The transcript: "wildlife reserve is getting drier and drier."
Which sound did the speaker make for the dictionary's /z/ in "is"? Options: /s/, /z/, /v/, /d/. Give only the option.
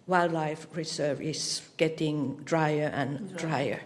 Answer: /s/